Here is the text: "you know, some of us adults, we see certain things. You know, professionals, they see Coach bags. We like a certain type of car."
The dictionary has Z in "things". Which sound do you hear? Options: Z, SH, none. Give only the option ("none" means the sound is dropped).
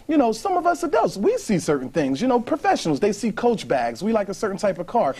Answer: Z